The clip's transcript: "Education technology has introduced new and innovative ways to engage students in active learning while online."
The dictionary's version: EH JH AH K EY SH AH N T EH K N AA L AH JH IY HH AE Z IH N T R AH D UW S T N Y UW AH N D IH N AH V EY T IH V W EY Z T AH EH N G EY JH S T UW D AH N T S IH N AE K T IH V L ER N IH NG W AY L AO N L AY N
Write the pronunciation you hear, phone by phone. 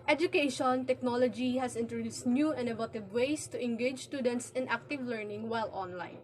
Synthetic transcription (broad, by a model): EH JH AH K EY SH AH N T EH K N AA L AH JH IY HH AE S IH N T R AH D UW S T N Y UW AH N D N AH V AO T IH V W EY S T AH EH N G EY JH S T UW D AH N T S IH N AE K T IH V L ER N IH NG W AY L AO N L AY N